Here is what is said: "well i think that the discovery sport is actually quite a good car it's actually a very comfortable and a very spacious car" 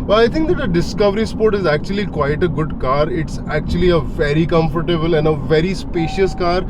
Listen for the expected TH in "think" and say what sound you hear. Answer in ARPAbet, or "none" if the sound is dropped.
T